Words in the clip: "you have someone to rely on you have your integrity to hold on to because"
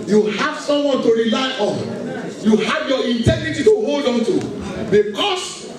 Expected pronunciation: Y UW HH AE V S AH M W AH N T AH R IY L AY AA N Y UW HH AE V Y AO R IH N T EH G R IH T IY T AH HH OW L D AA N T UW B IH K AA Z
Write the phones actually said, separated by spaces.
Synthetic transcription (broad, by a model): Y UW HH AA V S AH M W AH N T AH R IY L AY AA N Y UW HH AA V Y AO IH N T EH G R IH T IY T AH HH OW L D AA N T UW B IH K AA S